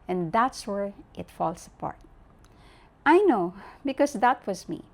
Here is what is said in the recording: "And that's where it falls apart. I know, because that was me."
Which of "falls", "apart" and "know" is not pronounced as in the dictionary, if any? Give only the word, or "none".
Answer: falls